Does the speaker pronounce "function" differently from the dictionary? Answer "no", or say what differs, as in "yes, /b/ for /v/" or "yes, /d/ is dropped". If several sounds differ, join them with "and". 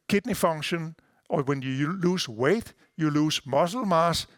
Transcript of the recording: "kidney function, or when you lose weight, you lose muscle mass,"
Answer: yes, /k/ is dropped